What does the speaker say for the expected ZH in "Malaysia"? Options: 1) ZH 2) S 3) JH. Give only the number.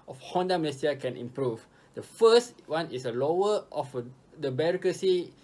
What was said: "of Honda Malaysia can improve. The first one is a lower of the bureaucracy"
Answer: 2